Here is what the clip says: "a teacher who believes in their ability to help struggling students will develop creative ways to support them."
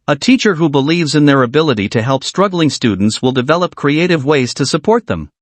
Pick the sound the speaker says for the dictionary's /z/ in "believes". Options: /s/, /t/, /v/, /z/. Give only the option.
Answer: /z/